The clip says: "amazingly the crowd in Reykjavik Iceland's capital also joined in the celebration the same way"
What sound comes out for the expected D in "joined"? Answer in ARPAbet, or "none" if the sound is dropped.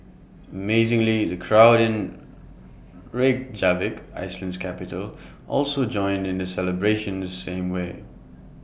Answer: D